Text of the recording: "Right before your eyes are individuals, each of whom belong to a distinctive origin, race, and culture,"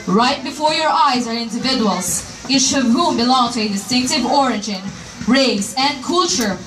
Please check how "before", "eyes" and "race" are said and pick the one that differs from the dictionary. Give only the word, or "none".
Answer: none